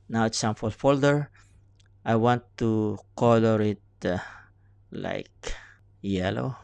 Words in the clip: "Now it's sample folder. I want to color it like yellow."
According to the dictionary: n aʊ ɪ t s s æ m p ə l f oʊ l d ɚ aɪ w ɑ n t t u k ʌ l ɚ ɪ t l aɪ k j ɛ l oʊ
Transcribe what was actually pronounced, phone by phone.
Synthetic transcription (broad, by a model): n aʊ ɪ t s s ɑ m f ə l f oʊ l d ɚ aɪ w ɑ n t t u k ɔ l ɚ ɪ t l aɪ k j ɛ l oʊ